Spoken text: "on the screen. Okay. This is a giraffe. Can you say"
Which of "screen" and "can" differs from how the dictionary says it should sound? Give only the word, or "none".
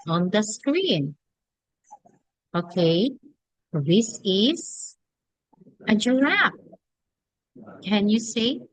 none